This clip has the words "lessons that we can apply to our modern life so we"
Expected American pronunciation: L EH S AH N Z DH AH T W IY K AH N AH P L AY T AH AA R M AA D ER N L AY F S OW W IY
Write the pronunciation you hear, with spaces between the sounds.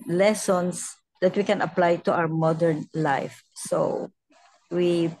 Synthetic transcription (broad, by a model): L EH S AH N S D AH T W IY K AH N AH P L AY T AH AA W M AA D ER N L AY F S OW W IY